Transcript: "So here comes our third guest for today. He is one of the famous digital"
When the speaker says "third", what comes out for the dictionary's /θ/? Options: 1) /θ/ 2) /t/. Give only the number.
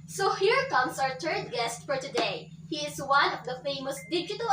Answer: 2